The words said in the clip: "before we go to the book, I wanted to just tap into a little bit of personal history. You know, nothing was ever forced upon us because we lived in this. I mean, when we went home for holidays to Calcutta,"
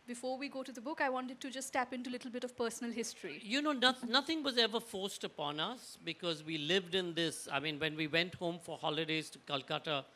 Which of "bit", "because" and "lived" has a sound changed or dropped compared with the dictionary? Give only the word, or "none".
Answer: none